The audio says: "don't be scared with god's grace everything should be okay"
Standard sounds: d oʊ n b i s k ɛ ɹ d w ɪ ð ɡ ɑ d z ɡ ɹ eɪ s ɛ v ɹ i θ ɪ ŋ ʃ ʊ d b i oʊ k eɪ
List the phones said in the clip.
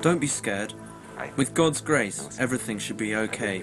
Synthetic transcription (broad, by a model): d oʊ n b i s k ɛ ɹ d w ɪ ð ɡ ɑ d z ɡ ɹ eɪ s ɛ v ɹ i θ ɪ ŋ ʃ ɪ d b i oʊ k eɪ